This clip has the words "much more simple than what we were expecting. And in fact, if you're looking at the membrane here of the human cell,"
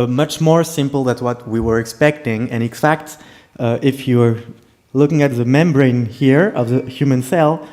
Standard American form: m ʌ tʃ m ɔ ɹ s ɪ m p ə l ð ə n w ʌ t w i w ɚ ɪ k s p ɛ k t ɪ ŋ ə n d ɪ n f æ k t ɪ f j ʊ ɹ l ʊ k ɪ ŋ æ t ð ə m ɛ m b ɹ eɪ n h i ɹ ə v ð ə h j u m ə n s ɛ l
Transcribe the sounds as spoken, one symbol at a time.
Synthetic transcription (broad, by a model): m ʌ tʃ m ɔ ɹ s ɪ m p l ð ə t w ʌ t w i w ɚ ɪ k s p ɛ k t ɪ ŋ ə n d ɪ n f æ k t ɪ f j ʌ ɹ l ʊ k ɪ ŋ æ t ð ə m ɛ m b ɹ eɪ n h i ɹ ə v ð ə h j u m ə n s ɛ l